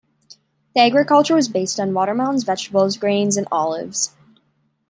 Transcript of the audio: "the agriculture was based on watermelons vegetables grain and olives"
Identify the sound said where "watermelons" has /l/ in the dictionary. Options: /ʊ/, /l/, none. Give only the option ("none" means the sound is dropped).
none